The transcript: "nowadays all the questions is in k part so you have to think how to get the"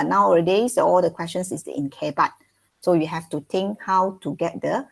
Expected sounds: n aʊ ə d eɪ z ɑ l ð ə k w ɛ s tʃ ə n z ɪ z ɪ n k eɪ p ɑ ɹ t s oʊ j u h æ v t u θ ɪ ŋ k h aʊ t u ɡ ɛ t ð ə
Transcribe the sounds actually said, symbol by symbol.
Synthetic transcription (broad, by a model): n aʊ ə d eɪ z ɑ l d ə k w ɛ s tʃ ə n s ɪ s ɪ n k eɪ b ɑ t s oʊ j u h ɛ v t u t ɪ ŋ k h aʊ t u ɡ ɛ t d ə